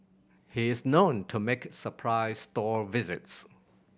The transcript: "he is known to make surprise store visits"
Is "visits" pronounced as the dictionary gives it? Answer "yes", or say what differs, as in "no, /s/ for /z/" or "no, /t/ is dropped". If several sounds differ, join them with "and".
yes